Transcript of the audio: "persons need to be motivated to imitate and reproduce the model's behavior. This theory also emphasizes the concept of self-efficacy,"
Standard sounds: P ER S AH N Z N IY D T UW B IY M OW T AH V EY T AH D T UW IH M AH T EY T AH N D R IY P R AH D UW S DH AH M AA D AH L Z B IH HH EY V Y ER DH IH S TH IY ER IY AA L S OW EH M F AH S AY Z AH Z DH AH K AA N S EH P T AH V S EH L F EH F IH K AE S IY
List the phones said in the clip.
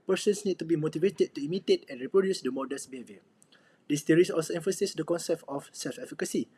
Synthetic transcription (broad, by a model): P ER S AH N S N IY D T UW B IY M OW T AH V EY T AH D T UW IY M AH T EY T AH N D R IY P R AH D UW S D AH M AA D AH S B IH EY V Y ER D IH S T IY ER IY AA L S OW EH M F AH S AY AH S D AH K AA N S EH P T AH F S EH L F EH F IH K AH S IY